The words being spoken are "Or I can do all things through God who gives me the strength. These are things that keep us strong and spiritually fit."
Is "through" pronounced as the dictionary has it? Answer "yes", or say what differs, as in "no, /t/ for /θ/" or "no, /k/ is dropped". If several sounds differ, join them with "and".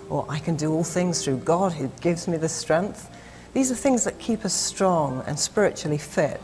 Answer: yes